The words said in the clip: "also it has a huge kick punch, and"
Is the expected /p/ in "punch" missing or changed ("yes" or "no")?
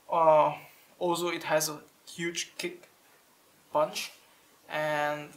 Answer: yes